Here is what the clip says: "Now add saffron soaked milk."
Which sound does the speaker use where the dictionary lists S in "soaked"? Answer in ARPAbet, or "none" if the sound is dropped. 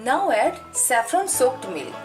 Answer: S